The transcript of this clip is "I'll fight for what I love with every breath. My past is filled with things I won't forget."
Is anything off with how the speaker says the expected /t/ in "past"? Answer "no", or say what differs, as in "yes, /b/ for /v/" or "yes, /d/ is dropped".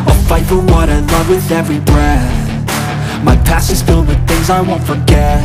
yes, /t/ is dropped